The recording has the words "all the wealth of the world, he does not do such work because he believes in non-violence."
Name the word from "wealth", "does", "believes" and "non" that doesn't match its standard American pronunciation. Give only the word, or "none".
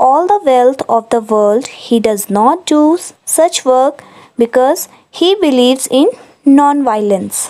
wealth